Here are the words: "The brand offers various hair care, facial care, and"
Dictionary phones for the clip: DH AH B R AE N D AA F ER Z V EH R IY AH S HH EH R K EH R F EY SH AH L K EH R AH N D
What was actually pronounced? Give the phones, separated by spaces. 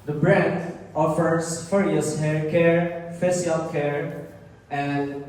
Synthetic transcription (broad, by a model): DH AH B R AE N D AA F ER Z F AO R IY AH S HH EH R K EH R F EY S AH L K EH R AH N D